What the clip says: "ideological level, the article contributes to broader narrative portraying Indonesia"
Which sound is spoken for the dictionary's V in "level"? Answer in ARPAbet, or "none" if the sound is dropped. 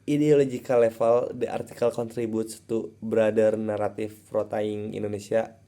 F